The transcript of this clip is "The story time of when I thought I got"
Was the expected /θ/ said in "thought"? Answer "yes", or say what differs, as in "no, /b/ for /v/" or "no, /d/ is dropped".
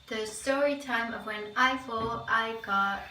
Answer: no, /f/ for /θ/